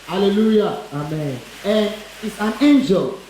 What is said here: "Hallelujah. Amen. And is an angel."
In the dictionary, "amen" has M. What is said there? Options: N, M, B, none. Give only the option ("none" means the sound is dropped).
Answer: M